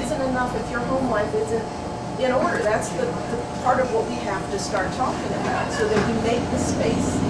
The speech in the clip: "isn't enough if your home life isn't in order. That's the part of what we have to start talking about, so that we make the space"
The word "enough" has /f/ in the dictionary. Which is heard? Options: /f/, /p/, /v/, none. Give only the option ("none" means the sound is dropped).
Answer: /f/